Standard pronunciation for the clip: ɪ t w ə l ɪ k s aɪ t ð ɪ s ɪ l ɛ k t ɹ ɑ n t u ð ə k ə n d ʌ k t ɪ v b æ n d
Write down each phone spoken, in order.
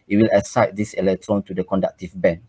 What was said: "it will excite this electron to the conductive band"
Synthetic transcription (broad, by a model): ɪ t w ə l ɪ s aɪ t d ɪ s ɪ l ɛ k t ɹ ɑ n t u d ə k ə n d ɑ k t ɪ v b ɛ n